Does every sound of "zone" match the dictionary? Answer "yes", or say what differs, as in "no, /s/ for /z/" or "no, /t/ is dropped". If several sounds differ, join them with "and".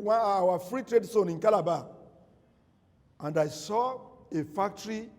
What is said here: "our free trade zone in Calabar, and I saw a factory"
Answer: no, /s/ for /z/